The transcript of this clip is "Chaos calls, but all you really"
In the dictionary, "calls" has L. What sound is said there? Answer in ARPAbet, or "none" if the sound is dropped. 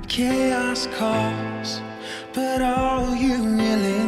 none